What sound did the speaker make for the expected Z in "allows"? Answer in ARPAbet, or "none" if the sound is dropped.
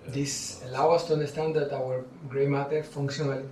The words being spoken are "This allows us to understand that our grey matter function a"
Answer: none